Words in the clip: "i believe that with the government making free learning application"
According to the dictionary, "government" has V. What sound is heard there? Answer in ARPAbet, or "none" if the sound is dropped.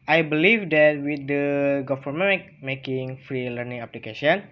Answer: F